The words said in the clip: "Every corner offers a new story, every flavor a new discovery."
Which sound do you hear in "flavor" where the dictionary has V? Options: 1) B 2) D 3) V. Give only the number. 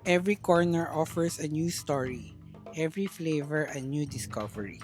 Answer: 3